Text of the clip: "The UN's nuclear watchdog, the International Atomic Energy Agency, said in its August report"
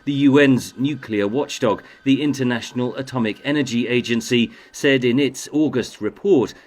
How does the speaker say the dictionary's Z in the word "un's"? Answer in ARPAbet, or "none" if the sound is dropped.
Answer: Z